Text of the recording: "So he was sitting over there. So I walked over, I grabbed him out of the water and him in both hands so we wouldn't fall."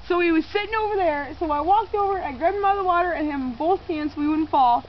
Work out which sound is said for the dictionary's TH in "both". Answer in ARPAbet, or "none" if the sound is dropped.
TH